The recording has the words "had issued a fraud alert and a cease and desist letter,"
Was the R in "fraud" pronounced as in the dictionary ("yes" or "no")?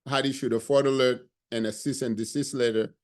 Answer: no